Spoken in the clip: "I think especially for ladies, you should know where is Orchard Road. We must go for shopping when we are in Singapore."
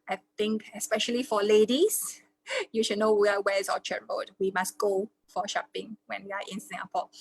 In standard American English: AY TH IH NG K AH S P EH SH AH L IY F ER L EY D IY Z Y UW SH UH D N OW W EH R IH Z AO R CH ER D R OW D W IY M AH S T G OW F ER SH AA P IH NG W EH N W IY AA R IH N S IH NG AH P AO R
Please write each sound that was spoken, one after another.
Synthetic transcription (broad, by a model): AY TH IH NG K AH S P EH SH AH L IY F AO L EY D IY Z Y UW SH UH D N OW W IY W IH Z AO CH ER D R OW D W IY M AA S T G OW F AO SH AA P IH NG W EH N W IY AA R IH N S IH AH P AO